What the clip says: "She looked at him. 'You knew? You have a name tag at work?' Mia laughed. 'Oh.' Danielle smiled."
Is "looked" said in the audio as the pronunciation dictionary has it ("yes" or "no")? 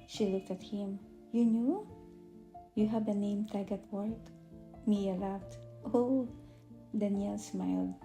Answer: yes